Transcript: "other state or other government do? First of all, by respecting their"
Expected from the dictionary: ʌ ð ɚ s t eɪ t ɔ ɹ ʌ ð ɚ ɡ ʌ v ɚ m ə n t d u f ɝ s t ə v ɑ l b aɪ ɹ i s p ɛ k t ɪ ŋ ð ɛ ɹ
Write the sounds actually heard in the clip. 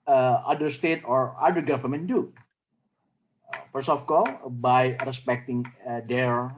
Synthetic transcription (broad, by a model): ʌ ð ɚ s t eɪ t ɔ ɹ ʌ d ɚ ɡ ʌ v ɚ m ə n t d u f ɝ s ə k ɑ l b aɪ ɹ i s p ɛ k t ɪ ŋ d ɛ ɹ